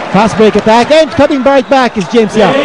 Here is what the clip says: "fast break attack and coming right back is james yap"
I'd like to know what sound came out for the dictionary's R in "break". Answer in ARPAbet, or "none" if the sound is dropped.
none